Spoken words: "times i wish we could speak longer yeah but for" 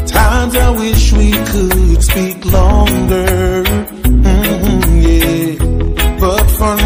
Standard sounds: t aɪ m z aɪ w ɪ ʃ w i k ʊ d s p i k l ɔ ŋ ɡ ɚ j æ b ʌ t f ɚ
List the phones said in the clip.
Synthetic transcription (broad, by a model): t aɪ m z aɪ w ɪ ʃ w i k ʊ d s p i k l ɔ ŋ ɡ ɚ j æ b ʌ t f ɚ